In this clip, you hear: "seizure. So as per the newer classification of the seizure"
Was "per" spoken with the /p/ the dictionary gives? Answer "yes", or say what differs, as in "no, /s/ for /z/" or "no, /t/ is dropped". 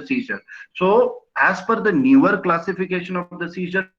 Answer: no, /f/ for /p/